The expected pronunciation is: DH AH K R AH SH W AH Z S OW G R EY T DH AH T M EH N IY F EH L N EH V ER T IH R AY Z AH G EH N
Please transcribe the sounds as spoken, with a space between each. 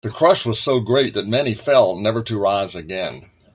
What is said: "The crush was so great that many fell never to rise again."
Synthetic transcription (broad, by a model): DH AH K R AH SH W AH Z S OW G R EY T DH AH T M EH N IY F EH L N EH V ER T IH R AY Z AH G EH N